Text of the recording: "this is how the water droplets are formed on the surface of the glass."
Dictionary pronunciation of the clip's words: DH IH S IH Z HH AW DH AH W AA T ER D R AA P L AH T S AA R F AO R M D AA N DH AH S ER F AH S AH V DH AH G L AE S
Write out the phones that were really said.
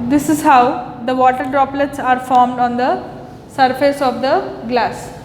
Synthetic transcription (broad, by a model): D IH S IH Z HH AW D AH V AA T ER D R AA P L AH T S AA R F AO R M D AA N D AH S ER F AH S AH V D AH G L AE S